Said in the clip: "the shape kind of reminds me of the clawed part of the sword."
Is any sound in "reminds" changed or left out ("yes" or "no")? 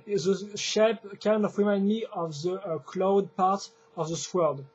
yes